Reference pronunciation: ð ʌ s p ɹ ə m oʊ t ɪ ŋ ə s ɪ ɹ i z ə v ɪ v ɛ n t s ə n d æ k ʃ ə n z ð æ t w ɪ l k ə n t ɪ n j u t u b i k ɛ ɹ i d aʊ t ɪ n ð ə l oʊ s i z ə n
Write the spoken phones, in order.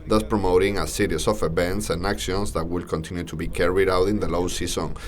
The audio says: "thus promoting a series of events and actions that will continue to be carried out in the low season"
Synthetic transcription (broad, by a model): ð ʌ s p ɹ ə m oʊ t ɪ ŋ ə s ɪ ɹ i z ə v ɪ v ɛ n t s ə n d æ k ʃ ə n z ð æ t w ɪ l k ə n t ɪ n j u t u b i k ɛ ɹ i d aʊ t ɪ n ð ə l oʊ s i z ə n